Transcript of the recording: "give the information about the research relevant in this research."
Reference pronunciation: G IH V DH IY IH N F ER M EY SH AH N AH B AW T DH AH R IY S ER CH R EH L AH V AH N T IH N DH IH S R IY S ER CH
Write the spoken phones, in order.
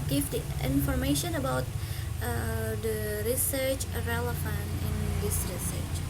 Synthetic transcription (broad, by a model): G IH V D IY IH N F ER M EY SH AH N AH B AW T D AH R IY S ER CH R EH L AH F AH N IH N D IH S R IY S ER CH